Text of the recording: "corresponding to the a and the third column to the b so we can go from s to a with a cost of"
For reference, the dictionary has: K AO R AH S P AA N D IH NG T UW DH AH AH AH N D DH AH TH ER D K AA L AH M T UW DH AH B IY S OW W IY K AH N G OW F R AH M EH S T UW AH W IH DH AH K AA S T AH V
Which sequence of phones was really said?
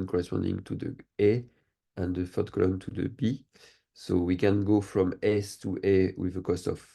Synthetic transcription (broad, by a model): K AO R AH S P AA N D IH NG T UW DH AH AH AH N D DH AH F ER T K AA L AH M T UW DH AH B IY S OW W IY K AH N G OW F R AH M EH S T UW AH W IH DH AH K AA S T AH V